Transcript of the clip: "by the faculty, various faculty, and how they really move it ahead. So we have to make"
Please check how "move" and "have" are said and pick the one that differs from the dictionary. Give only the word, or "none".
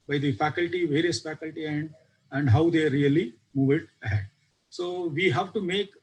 none